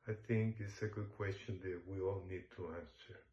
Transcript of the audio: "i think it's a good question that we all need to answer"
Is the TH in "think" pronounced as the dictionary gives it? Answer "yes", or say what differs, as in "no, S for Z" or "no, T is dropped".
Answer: yes